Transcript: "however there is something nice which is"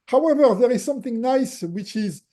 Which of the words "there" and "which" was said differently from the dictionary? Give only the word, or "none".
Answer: none